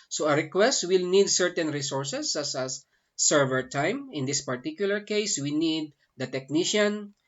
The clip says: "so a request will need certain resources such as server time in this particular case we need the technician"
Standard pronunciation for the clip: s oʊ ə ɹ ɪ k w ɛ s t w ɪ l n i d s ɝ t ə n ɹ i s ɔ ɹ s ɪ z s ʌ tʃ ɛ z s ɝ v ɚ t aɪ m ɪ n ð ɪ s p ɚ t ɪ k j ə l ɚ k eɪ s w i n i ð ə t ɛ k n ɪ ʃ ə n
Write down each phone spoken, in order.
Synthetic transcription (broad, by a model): s oʊ ə ɹ ɪ k w ɛ s t w ɪ l n i d s ɝ t ə n ɹ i s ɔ ɹ s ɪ s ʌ s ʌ s ɝ v ɚ t aɪ m ɪ n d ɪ s p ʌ t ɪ k j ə l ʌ k eɪ s w i n i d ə t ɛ k n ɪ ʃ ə n